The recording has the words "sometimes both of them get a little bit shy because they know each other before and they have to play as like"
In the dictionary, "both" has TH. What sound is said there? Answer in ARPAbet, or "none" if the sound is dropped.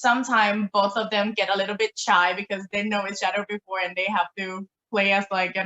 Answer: TH